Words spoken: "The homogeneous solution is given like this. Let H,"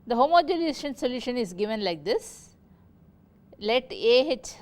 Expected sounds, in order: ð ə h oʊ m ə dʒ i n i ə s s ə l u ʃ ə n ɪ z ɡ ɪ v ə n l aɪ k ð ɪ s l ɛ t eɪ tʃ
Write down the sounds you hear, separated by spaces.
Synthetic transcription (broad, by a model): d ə h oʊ m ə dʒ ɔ l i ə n s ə l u ʃ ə n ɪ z ɡ ɪ v ə n l aɪ k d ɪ s l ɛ t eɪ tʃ